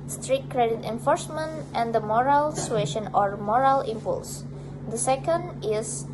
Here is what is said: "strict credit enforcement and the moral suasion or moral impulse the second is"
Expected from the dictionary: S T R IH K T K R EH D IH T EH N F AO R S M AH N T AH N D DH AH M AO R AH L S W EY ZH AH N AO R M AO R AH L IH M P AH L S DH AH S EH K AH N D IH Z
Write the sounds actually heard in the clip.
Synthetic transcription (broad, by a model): S T R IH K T K R EH D IH T EH N F AO R S M AH N T AH N D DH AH M AO R AH L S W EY SH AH N AO R M AO R AH L IH M P AH L S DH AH S EH K AH N D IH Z